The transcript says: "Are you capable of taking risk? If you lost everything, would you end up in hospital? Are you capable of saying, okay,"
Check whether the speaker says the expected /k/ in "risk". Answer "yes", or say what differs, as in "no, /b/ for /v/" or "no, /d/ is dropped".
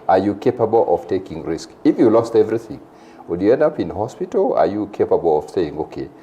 yes